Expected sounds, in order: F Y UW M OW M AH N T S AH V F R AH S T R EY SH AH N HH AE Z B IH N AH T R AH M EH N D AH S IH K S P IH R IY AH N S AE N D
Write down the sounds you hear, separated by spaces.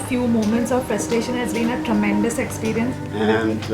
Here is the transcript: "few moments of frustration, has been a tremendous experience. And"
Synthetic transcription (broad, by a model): F Y UW M OW M AH N T S AH V P R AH S T EY SH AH N HH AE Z B IH N AH T R AH M EH N D AH S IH K S P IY R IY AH N S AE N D